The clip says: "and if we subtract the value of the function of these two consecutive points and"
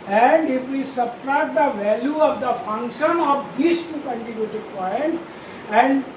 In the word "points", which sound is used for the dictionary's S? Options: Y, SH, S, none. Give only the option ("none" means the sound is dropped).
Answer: none